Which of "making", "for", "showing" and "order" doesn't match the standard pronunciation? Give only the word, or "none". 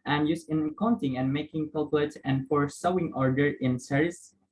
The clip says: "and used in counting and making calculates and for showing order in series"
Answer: showing